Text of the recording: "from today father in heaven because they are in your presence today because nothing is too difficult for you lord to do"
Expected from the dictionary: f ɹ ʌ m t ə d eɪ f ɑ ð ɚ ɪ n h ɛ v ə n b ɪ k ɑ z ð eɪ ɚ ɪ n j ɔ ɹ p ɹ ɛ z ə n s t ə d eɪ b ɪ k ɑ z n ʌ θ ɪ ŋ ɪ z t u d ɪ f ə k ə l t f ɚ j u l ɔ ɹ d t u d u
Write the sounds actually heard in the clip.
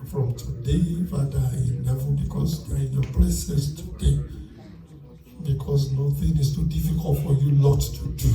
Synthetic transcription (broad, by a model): f ɹ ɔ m t ə d eɪ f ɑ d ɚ ɪ n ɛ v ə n b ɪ k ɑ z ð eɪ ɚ ɪ n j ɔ p l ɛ s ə s t ə d eɪ b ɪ k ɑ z n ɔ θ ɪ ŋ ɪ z t u d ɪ f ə k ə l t f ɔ j u l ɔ t u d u